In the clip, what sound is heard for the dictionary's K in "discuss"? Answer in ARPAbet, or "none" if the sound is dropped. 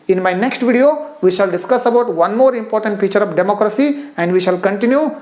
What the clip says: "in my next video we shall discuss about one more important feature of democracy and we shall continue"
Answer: K